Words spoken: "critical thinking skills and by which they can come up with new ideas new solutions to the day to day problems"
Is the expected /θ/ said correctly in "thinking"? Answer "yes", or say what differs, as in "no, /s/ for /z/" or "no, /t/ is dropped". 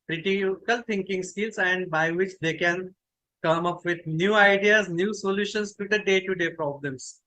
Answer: no, /t/ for /θ/